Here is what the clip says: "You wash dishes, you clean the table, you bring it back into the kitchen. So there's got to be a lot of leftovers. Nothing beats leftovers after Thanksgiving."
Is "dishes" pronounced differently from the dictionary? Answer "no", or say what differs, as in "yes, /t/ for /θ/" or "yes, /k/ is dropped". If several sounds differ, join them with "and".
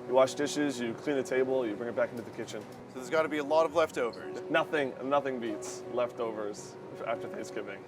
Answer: no